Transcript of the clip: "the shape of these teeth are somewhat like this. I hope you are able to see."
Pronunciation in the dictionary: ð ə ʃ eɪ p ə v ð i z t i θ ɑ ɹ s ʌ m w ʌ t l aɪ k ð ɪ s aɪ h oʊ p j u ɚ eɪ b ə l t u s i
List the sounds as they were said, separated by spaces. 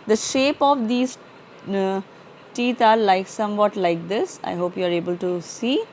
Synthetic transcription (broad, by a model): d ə ʃ eɪ p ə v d i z t i t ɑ l s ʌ m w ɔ t l aɪ k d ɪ s aɪ h oʊ p j u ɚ eɪ b ə l t u s i